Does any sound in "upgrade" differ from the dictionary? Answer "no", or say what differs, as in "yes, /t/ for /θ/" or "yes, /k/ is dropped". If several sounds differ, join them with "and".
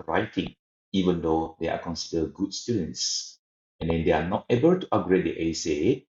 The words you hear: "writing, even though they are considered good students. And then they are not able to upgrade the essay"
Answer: yes, /p/ is dropped